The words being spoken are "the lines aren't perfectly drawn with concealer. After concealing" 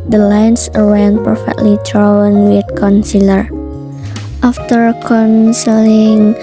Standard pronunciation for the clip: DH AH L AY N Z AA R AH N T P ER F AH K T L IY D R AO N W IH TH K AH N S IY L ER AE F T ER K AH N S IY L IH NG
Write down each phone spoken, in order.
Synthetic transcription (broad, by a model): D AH L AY N S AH W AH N P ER F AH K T L IY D R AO N W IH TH K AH N S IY L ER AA F T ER K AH N S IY L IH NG